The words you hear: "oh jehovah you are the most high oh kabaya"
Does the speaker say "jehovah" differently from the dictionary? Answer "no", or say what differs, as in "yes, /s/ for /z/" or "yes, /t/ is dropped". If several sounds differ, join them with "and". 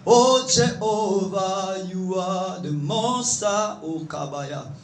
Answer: yes, /tʃ/ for /dʒ/